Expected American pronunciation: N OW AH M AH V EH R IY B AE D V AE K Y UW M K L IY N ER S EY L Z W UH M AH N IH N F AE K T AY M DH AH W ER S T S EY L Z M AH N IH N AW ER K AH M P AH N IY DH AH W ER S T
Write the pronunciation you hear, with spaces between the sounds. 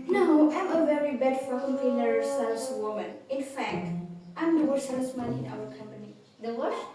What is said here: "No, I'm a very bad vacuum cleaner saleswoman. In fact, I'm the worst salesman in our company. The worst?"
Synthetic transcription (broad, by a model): N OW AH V AH V EH R IY B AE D F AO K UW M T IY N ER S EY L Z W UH M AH N IH N F AE K T AY M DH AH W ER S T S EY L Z M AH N IH N AW ER K AH M P AH N IY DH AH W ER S